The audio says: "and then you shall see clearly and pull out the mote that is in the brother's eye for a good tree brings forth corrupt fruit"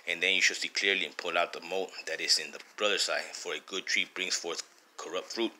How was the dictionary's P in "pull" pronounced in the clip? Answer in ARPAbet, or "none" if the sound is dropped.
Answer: P